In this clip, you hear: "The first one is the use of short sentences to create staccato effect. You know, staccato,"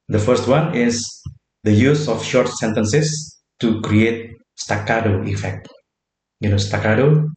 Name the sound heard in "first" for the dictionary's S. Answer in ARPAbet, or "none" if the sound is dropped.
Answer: S